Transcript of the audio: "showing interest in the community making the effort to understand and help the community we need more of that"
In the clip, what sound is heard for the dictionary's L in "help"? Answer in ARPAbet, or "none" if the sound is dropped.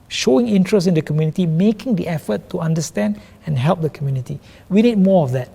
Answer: L